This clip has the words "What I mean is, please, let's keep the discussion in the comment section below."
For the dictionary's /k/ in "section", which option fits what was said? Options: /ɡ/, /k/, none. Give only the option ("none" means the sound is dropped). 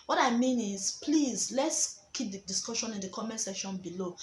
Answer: none